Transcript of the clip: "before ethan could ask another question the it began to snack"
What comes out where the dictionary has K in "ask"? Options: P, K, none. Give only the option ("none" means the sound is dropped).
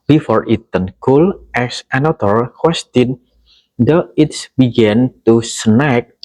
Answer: none